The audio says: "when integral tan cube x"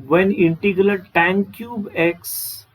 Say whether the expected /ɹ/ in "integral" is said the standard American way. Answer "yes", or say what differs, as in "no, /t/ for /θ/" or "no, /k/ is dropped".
no, /l/ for /ɹ/